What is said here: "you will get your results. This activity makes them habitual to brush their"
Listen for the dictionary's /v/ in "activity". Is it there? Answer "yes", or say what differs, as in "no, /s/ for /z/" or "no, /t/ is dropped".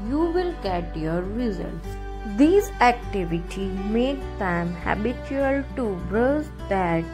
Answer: yes